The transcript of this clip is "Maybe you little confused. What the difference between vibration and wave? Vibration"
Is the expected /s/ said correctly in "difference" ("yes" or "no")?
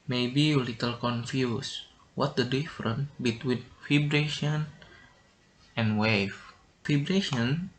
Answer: no